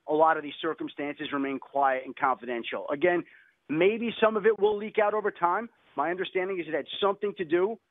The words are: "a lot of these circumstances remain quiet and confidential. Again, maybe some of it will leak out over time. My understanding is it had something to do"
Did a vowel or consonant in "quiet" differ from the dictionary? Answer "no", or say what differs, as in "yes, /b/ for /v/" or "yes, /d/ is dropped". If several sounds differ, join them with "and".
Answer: no